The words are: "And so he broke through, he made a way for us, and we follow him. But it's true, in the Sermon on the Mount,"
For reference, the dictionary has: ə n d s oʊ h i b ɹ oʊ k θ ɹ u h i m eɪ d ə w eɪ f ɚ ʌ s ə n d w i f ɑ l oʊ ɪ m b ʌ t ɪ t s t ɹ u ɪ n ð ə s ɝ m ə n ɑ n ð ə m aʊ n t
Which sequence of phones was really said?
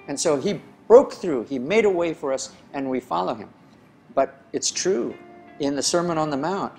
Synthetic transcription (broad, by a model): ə n s oʊ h i b ɹ oʊ k θ ɹ u i m eɪ d ə w eɪ f ɚ ʌ s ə n w i f ɑ l oʊ ɪ m b ʌ t ɪ t s t ɹ u ɪ n ð ə s ɝ m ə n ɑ n ð ə m aʊ n t